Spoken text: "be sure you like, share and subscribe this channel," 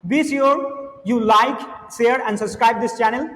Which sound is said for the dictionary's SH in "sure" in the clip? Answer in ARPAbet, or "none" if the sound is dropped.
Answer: S